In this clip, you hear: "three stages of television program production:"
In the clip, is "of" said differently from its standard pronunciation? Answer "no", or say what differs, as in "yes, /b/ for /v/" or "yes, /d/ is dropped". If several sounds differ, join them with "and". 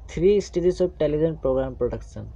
yes, /b/ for /v/